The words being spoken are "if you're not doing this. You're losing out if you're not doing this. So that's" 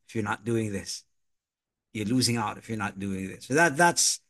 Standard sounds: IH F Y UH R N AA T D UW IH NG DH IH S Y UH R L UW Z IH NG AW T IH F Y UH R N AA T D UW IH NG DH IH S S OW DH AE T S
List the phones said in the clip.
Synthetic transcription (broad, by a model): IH F Y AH R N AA T D UW IH NG DH IH S Y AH R L UW Z IH NG AW T IH F Y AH R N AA T D UW IH NG DH IH S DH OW DH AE T S